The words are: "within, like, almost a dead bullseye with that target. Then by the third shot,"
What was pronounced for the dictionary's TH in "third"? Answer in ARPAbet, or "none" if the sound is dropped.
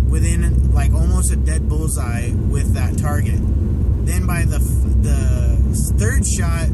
TH